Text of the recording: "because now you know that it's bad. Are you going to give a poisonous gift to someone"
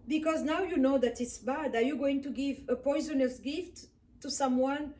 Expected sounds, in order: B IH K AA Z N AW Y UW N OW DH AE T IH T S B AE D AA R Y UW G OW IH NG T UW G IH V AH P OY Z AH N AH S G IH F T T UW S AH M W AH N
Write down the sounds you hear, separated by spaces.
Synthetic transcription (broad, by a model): B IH K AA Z N AW Y UW N OW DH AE T IH T S B AE D AA R Y UW G OW IH NG T UW G IH V AH P OY Z AH N AH S G IH F T T UW S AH M W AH N